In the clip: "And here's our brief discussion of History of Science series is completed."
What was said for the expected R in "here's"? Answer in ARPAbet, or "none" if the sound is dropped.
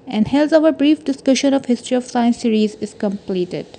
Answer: L